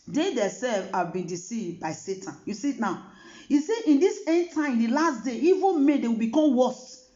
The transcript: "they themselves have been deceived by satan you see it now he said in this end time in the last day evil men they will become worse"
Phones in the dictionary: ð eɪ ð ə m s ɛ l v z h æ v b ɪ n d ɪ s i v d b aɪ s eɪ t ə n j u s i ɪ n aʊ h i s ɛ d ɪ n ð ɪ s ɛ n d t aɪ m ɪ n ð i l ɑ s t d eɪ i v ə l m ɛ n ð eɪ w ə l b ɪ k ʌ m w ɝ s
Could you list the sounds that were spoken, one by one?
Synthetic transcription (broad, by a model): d eɪ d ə s ɛ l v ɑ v b ɪ n d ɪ s i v b aɪ s eɪ t ə n j u s i n aʊ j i s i ɪ n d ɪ s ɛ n t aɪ ɪ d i l ɑ s t d eɪ i v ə n m ɛ n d eɪ w ə l b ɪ k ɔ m w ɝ s